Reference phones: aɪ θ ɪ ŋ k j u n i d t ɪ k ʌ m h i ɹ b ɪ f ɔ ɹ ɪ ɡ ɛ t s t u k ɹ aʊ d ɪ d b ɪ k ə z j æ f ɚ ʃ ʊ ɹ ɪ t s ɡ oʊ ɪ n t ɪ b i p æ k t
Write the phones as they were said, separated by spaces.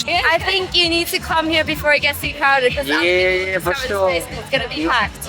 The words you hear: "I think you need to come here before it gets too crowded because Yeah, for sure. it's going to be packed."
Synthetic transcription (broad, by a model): aɪ θ ɪ ŋ k j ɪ n i d t ɪ k ʌ m h i ɹ b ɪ f ɔ ɹ ɪ ɡ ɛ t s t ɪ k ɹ aʊ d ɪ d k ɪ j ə j æ f ɚ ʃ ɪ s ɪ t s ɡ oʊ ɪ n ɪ b i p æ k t